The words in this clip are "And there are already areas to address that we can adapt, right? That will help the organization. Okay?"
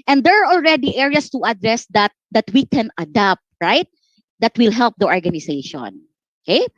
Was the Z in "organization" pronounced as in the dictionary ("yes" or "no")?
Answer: no